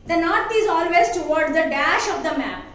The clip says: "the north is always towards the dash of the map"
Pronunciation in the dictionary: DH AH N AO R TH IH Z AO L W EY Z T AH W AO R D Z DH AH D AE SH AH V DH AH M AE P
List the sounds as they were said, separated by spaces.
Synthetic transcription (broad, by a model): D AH N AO R T IH Z AO L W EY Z T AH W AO R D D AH D AE SH AH V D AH M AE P